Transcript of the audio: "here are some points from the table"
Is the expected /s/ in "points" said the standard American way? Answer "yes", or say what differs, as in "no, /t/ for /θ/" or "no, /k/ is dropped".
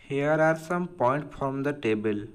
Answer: no, /s/ is dropped